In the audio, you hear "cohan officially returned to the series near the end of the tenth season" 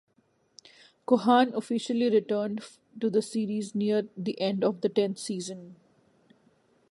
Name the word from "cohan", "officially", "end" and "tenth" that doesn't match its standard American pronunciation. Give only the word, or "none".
tenth